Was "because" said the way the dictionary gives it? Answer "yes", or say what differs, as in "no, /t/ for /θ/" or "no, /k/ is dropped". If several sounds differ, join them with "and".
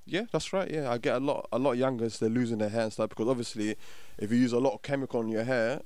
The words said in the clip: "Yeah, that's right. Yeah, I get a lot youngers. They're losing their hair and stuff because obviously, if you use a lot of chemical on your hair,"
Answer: yes